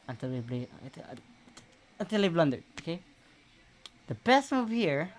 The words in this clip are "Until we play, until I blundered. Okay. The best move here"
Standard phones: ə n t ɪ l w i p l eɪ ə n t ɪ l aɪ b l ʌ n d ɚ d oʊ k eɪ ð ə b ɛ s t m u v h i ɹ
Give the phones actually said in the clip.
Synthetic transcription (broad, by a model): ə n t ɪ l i b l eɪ ə n t ɪ l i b l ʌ n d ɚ oʊ k eɪ ð ə b ɛ s t m u v h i ɹ